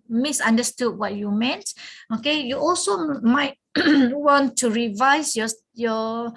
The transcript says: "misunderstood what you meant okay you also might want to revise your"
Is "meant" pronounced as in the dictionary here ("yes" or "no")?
yes